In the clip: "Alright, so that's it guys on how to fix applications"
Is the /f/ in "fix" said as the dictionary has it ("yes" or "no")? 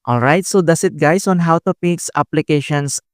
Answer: no